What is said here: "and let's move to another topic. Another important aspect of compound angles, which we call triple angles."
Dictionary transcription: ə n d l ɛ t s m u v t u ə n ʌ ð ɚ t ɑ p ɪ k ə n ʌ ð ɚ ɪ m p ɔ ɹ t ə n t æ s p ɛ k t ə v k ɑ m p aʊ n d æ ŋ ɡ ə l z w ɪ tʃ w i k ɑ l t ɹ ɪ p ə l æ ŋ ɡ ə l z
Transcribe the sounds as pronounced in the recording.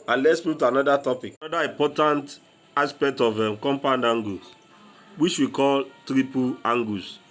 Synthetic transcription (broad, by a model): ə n l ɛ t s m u t u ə n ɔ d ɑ t ɑ p ɪ k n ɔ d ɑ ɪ m p ɔ t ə n t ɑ s p ɛ k t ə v k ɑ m p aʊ n d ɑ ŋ ɡ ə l w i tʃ w i k ɑ l t ɹ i p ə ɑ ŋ ɡ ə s